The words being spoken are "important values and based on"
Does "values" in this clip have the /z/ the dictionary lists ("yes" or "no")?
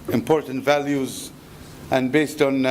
yes